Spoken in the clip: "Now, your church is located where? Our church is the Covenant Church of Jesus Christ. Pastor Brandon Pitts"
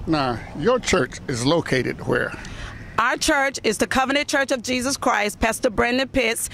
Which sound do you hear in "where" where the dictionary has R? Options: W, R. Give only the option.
R